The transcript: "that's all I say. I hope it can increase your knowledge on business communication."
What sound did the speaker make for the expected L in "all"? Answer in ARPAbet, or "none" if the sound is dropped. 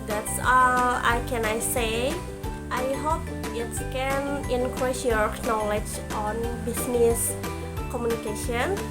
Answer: N